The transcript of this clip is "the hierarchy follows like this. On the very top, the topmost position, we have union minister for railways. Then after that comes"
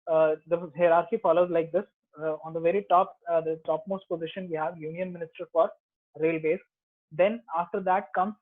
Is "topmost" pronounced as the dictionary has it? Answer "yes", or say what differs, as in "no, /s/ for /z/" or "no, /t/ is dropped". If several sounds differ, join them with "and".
yes